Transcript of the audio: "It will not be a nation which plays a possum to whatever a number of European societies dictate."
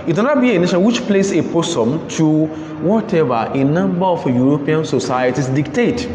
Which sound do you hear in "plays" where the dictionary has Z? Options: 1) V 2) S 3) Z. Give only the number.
2